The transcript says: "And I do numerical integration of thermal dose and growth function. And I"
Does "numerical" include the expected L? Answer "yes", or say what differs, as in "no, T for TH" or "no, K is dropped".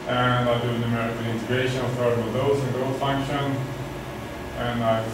no, N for L